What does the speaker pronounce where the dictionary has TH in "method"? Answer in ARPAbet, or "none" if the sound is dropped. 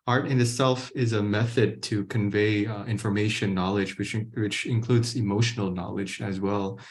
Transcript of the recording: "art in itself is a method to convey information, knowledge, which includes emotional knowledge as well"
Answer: TH